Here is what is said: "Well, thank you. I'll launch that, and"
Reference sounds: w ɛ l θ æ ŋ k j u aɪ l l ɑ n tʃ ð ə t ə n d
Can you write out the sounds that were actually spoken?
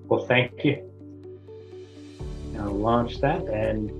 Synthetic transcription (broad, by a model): w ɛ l θ æ ŋ k j u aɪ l l ɑ n tʃ ð ə t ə n